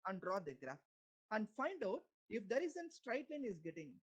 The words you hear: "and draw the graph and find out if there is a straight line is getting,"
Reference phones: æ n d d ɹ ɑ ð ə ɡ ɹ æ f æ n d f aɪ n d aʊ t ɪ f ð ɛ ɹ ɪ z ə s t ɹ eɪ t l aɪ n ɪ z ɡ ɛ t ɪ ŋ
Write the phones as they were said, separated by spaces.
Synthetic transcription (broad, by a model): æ n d d ɹ ɑ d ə ɡ ɹ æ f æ n d f aɪ n d aʊ t ɪ f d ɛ ɹ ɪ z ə s t ɹ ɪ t l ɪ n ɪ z ɡ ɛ t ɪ ŋ